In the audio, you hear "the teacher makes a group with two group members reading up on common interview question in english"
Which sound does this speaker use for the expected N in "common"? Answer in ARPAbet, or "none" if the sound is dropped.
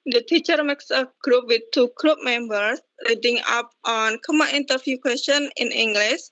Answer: none